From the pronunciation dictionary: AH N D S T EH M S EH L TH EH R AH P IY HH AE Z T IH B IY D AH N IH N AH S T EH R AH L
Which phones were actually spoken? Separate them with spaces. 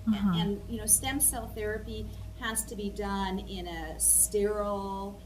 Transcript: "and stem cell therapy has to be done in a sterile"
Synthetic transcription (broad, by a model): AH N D S T EH M S EH L TH EH R AH P IY HH AE Z T IH B IY D AH N IH N AH S T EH R L